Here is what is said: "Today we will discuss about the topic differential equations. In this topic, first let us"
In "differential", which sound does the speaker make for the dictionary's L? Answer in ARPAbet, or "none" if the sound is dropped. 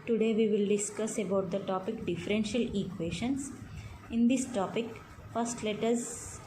L